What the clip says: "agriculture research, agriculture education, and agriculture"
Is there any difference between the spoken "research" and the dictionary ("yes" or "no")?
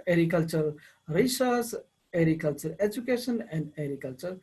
yes